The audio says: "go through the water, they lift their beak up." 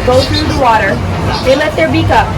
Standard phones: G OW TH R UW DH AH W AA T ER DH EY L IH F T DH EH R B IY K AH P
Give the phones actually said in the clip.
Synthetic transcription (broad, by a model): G OW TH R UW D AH W AA T ER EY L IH T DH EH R B IY K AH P